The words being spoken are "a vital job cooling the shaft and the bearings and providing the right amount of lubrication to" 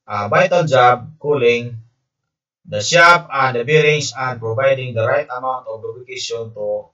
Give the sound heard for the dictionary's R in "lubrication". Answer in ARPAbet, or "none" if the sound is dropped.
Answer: none